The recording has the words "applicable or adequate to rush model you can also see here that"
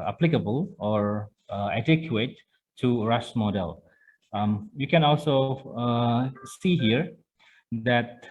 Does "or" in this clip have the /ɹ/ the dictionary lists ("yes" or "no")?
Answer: yes